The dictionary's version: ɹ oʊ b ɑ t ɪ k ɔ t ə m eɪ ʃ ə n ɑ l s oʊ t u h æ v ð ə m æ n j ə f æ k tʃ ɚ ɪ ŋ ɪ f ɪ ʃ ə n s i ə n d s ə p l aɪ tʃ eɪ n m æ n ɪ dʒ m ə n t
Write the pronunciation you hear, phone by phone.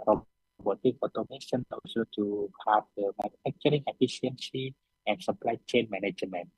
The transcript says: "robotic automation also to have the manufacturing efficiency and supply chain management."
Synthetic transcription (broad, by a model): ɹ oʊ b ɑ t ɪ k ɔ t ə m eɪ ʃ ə n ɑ s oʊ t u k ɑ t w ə m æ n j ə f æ k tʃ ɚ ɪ ŋ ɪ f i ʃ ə n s i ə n s ə p l aɪ tʃ eɪ n m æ n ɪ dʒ m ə n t